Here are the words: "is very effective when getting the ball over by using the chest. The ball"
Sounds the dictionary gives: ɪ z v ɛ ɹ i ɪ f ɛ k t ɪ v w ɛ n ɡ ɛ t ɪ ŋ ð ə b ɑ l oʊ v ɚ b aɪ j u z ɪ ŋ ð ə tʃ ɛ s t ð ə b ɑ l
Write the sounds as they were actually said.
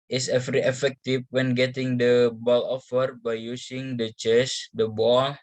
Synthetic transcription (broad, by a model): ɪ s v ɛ ɹ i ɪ f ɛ k t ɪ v w ɛ n ɡ ɛ t ɪ ŋ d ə b ɑ l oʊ f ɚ b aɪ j u s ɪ ŋ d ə tʃ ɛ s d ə b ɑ l